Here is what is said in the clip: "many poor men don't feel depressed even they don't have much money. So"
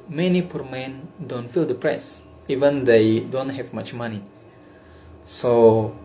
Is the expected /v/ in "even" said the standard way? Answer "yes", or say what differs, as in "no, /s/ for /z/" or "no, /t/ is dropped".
yes